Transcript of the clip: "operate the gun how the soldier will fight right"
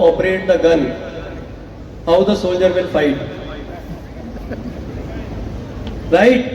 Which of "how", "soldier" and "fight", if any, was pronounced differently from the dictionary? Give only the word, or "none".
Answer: none